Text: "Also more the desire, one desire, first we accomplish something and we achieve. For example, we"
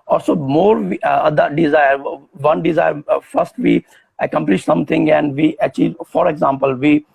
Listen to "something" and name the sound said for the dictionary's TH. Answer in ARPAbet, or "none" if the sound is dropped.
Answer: T